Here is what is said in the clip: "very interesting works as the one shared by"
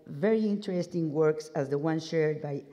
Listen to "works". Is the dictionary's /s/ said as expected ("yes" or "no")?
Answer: yes